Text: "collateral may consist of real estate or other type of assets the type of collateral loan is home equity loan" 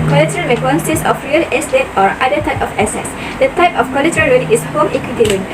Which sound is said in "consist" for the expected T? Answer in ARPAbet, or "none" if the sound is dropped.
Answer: none